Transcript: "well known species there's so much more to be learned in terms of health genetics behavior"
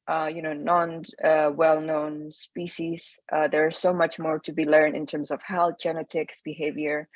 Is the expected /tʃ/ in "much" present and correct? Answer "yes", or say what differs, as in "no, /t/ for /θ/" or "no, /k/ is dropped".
yes